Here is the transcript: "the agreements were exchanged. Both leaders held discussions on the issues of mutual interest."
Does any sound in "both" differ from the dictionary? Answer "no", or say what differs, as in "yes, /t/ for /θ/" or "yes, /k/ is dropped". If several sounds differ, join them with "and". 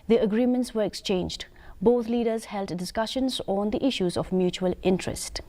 yes, /t/ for /θ/